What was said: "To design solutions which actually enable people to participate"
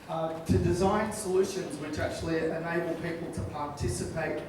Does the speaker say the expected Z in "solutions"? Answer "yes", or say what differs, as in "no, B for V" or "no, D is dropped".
yes